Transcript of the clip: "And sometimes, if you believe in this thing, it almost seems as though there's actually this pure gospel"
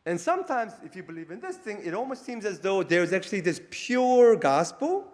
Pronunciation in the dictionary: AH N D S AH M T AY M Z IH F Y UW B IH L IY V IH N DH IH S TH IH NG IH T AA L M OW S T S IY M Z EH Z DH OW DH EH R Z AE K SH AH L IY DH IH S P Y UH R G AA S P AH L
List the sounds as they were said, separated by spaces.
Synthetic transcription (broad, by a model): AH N S AH M T AY M Z IH F Y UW B IH L IY V IH N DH IH S TH IH NG IH T AA L M OW S T S IY M Z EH Z DH OW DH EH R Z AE K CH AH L IY DH IH S P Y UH R G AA S P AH L